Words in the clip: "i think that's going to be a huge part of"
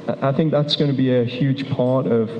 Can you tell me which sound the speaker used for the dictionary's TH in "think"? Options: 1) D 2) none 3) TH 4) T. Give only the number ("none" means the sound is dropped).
3